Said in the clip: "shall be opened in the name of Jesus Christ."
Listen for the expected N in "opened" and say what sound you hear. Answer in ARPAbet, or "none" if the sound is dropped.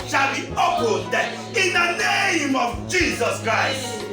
none